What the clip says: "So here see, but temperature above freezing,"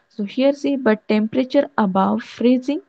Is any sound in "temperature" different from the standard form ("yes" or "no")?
no